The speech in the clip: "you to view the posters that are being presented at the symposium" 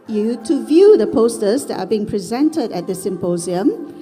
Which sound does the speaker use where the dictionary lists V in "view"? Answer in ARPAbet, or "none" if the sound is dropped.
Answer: V